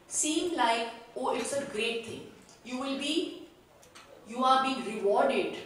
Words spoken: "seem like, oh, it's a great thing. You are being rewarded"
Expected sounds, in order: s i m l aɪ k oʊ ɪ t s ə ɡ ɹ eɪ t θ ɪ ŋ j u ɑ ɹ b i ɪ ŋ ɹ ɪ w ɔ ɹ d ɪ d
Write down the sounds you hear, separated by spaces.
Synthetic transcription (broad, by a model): s i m l aɪ k oʊ ɪ t s ə ɡ ɹ eɪ t t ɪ ŋ j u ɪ l b i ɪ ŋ ɹ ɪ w ɔ ɹ d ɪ d